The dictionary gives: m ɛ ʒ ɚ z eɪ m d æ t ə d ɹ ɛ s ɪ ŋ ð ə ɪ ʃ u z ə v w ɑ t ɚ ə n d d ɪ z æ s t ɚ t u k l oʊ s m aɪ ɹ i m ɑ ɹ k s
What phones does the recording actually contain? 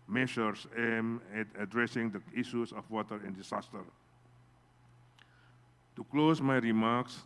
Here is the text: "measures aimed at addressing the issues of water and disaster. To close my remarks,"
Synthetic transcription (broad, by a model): m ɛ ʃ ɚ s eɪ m ɛ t ə d ɹ ɛ s ɪ ŋ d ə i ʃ u s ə f w ɑ t ɚ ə n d d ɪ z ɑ s t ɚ t u k l oʊ s m aɪ ɹ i m ɑ k s